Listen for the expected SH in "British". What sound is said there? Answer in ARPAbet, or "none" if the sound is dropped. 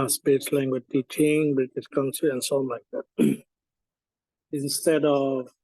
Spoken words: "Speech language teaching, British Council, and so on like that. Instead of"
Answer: S